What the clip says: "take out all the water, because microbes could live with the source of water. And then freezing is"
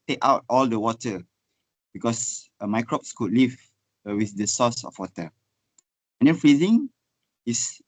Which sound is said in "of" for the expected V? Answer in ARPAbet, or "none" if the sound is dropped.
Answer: F